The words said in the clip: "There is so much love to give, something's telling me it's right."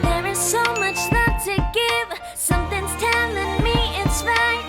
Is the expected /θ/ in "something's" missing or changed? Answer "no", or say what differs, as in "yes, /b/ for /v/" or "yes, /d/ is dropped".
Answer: no